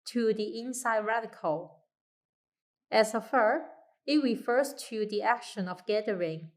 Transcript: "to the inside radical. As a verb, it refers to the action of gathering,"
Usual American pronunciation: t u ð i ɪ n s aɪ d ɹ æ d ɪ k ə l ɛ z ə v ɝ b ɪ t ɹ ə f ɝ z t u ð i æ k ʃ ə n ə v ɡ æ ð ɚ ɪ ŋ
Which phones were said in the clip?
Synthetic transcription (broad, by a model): t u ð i ɪ n s aɪ d ɹ æ d ɪ k ə l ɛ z ə f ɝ ɪ t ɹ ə f ɝ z t u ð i æ k ʃ ə n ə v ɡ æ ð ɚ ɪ ŋ